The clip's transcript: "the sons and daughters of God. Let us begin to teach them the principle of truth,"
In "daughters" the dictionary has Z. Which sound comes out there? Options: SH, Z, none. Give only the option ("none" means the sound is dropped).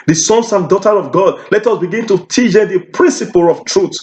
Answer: none